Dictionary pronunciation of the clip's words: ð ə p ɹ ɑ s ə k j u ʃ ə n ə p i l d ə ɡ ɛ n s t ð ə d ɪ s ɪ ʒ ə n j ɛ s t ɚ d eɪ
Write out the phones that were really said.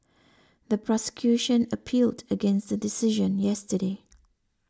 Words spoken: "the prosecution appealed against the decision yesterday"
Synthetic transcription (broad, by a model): ð ə p ɹ ɑ s ə k j u ʃ ə n ə p i l d ə ɡ ɛ n s t ð ə d ɪ s ɪ ʒ ə n j ɛ s t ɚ d eɪ